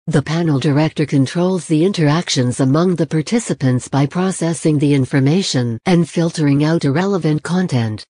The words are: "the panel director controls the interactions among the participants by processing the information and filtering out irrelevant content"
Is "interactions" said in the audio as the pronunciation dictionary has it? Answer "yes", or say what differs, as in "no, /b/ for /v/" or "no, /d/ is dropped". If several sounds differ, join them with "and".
yes